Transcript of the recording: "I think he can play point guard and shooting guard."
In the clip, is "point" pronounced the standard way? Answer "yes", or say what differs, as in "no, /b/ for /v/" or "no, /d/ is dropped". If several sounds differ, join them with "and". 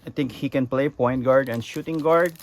yes